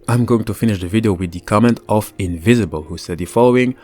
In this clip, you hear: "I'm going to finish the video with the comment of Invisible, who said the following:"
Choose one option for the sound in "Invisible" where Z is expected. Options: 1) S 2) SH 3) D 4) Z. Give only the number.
4